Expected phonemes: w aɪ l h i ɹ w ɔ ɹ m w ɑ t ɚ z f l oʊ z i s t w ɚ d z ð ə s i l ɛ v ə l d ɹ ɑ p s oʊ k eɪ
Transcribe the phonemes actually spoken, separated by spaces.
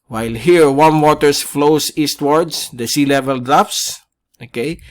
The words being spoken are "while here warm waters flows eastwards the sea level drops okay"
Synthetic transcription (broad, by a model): w aɪ l h i ɹ w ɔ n w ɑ t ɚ s f l oʊ s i s t w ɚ d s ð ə s i l ɛ v ə l d ɹ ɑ f s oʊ k eɪ